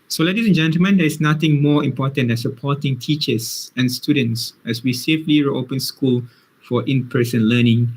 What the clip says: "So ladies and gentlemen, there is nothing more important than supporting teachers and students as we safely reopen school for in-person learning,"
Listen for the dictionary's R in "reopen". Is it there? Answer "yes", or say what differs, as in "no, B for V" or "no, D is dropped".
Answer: yes